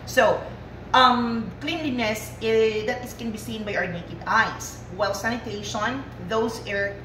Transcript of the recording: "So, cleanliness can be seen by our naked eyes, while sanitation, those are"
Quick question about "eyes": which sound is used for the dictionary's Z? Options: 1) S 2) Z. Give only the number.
1